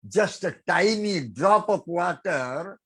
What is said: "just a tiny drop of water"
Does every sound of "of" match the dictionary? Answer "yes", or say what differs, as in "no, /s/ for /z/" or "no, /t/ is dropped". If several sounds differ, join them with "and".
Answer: no, /p/ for /v/